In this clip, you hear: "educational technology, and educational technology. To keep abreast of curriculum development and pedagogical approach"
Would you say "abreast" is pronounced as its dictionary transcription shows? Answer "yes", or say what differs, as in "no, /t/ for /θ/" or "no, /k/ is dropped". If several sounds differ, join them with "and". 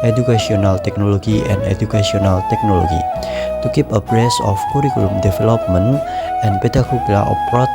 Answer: no, /t/ is dropped